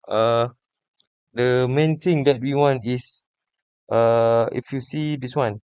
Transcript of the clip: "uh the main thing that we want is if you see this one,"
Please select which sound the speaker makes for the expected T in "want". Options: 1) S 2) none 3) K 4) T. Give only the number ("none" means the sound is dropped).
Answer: 4